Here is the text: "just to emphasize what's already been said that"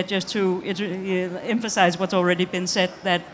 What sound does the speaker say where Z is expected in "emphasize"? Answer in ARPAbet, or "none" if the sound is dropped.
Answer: Z